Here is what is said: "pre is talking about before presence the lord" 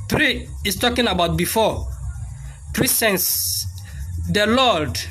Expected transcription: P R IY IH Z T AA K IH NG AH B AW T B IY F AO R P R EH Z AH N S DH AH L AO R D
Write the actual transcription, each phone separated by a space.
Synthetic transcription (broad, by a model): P R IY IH S T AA K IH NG AH B AW T B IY F AO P R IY S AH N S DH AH L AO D